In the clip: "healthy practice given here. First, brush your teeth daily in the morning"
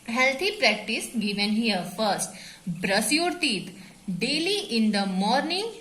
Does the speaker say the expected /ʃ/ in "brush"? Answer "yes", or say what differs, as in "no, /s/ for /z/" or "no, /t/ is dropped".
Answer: no, /s/ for /ʃ/